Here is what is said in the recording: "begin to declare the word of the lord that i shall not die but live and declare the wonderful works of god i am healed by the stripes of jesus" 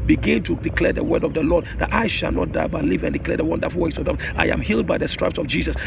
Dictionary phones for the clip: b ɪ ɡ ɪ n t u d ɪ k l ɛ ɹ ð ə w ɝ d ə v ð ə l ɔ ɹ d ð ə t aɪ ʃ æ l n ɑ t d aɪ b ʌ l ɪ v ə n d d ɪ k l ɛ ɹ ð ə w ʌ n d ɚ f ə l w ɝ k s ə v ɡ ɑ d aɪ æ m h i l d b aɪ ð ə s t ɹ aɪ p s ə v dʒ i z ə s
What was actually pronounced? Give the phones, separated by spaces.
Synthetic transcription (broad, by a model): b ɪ ɡ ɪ n t u d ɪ k l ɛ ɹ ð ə w ɝ d ə v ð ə l ɔ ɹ d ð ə t aɪ ʃ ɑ l n ɑ t d aɪ b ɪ l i v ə n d d ɪ k l ɛ ɹ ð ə w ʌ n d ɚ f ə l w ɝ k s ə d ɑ aɪ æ m h i l d b aɪ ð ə s t ɹ aɪ p s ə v dʒ i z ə s